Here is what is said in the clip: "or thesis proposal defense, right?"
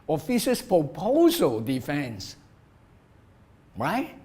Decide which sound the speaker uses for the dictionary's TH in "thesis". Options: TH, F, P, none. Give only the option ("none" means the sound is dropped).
F